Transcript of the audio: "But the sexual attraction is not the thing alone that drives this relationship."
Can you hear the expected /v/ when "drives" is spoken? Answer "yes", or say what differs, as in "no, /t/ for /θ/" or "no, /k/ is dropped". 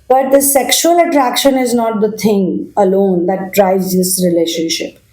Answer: no, /v/ is dropped